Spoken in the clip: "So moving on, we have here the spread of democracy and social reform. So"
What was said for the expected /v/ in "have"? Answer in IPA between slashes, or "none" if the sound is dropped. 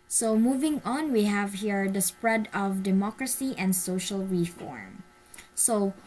/v/